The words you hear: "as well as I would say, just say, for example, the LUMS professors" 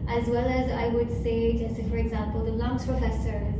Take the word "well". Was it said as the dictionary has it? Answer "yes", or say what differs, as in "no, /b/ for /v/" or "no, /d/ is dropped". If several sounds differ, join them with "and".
yes